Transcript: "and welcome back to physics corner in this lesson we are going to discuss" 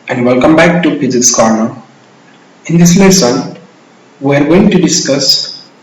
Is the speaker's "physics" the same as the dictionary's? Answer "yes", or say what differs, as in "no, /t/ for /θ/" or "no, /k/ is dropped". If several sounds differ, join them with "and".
no, /p/ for /f/